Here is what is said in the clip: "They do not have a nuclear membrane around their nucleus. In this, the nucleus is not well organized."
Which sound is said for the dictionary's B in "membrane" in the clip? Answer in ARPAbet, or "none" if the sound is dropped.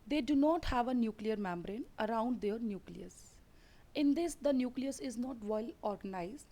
B